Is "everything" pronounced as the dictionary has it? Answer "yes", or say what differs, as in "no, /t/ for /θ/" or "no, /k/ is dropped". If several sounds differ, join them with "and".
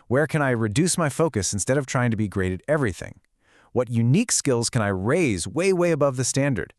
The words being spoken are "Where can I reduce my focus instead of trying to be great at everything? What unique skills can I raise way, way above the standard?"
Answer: yes